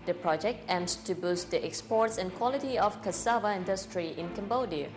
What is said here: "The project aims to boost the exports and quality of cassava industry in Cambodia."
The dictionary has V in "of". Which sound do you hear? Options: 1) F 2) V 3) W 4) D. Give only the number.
1